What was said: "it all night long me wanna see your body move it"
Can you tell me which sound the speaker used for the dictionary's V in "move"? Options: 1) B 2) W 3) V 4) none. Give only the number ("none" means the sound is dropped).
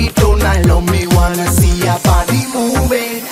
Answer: 1